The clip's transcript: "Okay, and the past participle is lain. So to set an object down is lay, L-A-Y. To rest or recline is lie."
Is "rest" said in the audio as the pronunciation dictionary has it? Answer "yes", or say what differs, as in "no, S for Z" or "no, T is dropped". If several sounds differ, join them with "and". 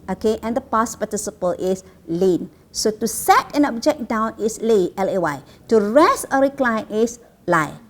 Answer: no, T is dropped